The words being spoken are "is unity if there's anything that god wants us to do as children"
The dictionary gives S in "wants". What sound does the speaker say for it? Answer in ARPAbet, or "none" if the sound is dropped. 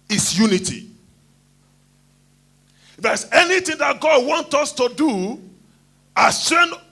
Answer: none